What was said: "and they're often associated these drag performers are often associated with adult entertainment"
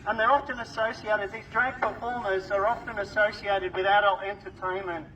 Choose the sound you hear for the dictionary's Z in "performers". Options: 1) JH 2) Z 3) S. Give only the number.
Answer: 2